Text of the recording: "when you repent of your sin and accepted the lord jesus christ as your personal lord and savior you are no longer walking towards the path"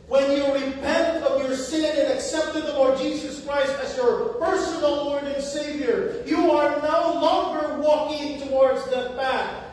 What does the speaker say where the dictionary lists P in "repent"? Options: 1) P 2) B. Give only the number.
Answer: 1